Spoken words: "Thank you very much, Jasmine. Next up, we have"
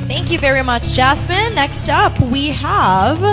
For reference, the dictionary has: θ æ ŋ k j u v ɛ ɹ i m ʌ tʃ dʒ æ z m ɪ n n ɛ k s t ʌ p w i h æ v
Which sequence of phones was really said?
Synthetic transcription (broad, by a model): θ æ ŋ k j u v ɛ ɹ i m ʌ tʃ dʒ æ s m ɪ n n ɛ k s t ʌ p w i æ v